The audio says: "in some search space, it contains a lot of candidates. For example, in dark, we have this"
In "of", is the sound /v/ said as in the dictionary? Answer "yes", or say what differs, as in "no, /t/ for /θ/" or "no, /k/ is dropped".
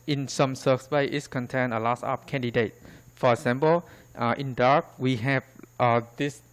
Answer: no, /p/ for /v/